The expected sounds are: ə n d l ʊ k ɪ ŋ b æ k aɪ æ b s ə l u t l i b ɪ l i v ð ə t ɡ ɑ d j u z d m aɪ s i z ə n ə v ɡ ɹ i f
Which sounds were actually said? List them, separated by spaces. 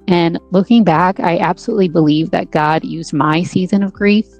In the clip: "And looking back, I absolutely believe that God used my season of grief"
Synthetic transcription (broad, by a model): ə n l ʊ k ɪ ŋ b æ k aɪ æ b s ə l u t l i b ɪ l i v ð ə t ɡ ɑ d j u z m aɪ s i z ə n ə v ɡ ɹ i f